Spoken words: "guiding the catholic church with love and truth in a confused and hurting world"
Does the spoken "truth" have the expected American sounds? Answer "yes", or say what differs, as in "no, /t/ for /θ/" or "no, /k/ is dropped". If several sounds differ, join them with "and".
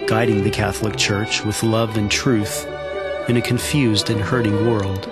yes